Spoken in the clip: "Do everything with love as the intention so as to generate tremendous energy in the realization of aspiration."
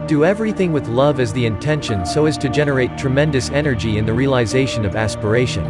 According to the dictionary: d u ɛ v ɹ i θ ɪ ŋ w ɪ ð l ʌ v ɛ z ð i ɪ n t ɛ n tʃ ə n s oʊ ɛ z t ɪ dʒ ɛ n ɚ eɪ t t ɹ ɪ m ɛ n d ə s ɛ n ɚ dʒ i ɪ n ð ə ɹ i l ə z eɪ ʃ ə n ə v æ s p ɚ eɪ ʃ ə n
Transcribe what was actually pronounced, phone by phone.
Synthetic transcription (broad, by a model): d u ɛ v ɹ i θ ɪ ŋ w ɪ ð l ʌ v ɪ z ð i ɪ n t ɛ n ʃ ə n s oʊ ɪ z t ɪ dʒ ɛ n ɚ eɪ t t ɹ ɪ m ɛ n d ə s ɛ n ɚ dʒ i ɪ n ð ə ɹ i l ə z eɪ ʃ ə n ə v æ s p ɚ eɪ ʃ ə n